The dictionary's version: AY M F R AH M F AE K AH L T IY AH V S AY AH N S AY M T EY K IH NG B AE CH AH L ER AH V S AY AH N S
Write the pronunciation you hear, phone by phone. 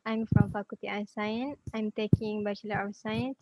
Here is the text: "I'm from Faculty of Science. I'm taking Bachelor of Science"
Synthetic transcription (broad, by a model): AY M F R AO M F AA K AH T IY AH S AY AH N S AY M T EY K IH NG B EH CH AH L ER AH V S AY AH N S